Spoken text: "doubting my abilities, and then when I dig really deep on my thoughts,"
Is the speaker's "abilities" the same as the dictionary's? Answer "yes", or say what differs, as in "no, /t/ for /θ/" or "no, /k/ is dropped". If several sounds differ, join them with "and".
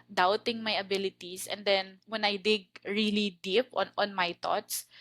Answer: no, /s/ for /z/